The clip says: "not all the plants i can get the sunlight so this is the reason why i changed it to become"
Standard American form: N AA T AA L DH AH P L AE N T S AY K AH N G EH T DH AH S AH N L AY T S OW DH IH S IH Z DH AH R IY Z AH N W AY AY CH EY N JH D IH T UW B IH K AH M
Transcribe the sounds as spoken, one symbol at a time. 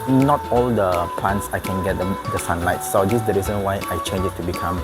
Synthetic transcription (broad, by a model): N AA T AA L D AH P L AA N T S AY K AH N G EH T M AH S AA N L AY T S OW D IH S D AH R IY Z AH N W AY AY CH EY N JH IH T UW B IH K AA M